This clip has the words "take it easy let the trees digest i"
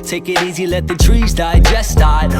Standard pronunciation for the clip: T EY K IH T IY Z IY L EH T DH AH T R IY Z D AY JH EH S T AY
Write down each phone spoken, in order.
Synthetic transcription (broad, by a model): T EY K IH T IY Z IY L EH T DH AH T R IY Z D AY JH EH S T AY